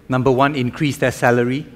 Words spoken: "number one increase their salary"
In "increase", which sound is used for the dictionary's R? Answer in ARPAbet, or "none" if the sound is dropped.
R